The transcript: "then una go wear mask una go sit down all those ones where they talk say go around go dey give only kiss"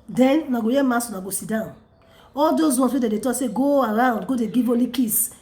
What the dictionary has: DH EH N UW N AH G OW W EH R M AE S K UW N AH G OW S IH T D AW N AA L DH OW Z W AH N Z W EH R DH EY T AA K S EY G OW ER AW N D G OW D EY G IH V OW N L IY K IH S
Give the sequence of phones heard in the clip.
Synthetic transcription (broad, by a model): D EH N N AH G OW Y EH M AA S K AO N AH G OW S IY D AW N AA L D OW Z W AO N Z W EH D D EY T AA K S EY G OW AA AW N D G OW D EY G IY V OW L IY K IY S